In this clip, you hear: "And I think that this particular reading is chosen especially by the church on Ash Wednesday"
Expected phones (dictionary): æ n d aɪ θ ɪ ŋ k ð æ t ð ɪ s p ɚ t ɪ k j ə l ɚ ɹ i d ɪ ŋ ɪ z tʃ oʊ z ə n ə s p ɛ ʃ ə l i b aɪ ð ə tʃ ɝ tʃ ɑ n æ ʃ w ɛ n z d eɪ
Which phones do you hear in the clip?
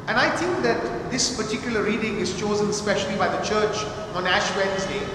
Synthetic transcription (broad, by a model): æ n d aɪ t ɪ ŋ k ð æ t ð ɪ s p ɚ t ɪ k j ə l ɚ ɹ i d ɪ ŋ ɪ z tʃ oʊ z ə n s p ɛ ʃ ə l i b aɪ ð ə tʃ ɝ tʃ ɑ n æ ʃ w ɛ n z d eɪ